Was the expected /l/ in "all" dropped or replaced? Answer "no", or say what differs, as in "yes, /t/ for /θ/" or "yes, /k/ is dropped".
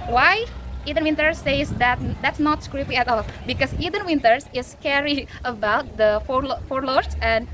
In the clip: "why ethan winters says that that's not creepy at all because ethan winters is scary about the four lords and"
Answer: no